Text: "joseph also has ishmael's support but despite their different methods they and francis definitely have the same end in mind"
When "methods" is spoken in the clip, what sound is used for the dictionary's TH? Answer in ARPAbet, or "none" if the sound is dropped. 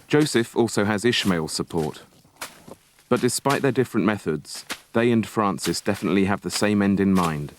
TH